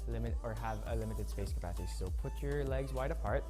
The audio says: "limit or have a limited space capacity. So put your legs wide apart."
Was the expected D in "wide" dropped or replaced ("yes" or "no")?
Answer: no